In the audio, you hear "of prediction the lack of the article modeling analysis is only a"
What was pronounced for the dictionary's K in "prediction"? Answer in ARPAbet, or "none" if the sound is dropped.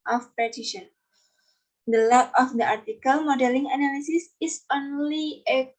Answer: none